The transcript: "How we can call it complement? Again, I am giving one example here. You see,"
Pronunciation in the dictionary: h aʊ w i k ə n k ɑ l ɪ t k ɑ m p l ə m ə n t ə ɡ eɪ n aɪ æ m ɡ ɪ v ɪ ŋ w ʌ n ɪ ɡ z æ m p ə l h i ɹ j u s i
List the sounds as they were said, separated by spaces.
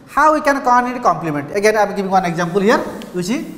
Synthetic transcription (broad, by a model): h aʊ w i k ə n k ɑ n ɪ t k ɑ m p l ə m ə n t ə ɡ eɪ n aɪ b ɡ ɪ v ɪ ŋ w ʌ n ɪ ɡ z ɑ m p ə l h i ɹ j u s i